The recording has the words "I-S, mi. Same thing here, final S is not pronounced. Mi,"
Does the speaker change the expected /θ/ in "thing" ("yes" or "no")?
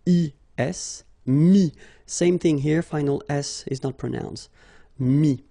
no